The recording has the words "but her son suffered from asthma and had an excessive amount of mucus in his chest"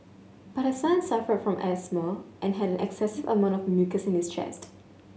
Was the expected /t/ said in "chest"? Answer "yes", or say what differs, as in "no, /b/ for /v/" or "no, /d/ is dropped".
yes